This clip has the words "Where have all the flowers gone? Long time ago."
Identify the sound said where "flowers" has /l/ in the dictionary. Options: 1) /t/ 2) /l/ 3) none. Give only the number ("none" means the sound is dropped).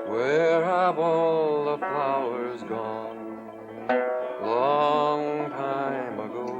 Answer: 3